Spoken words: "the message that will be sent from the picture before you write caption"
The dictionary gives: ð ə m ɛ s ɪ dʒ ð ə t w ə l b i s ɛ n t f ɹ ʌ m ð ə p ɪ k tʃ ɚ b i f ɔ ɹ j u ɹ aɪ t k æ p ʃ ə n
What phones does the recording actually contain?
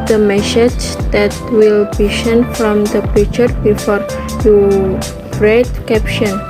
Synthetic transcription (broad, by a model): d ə m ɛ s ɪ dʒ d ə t w ə l b i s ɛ n f ɹ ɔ m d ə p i tʃ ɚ b i f ɔ ɹ j u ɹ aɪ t k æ p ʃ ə n